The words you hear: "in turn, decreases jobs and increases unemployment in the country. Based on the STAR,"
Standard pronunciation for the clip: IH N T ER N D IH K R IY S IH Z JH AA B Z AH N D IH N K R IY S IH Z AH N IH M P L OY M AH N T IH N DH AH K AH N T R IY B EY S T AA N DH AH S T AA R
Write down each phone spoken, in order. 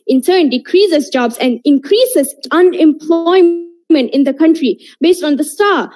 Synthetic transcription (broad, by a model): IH N S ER N D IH K R IY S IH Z JH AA B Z AH N D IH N K R IY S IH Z AH N IH M P L OY M AH N T IH N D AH K AH N T R IY B EY S T AA N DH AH S T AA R